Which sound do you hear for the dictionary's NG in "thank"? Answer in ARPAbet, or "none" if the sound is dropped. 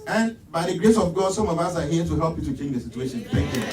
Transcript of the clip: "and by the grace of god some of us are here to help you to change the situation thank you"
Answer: none